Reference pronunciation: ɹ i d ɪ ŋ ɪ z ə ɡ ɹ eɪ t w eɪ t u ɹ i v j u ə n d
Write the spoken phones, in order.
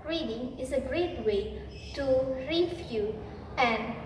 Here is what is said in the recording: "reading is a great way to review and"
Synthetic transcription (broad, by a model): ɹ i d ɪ ŋ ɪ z ə ɡ ɹ eɪ t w eɪ t u ɹ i f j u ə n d